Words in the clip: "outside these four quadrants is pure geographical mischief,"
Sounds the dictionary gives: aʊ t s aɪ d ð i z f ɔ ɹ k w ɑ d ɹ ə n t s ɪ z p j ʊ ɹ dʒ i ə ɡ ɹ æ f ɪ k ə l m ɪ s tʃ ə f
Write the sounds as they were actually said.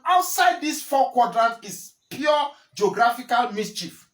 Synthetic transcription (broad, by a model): aʊ t s aɪ d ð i s f ɔ k w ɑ d ɹ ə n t ɪ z p j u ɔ dʒ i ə ɡ ɹ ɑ f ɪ k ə l m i s tʃ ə f